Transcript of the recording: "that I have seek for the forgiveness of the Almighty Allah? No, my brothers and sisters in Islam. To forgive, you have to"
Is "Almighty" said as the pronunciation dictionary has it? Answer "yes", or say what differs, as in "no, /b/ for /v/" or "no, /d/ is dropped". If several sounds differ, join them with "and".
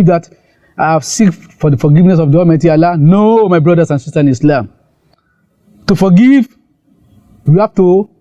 no, /l/ is dropped